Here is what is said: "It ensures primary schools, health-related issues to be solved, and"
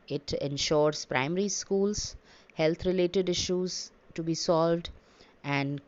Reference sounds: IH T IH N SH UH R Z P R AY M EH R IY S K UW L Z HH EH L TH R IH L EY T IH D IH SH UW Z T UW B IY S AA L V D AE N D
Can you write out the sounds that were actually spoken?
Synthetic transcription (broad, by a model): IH T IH N SH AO R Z P R AY M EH R IY S K UW L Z HH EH L T R IH L EY T IH D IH SH UW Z T UW B IY S AA L V D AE N D